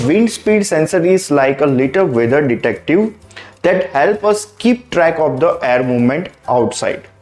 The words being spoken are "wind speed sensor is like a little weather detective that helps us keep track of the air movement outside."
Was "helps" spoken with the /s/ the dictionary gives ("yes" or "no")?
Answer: no